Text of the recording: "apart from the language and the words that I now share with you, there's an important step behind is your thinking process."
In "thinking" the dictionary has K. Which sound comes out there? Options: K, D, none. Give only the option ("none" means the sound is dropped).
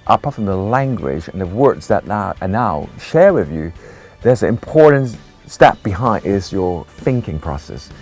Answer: K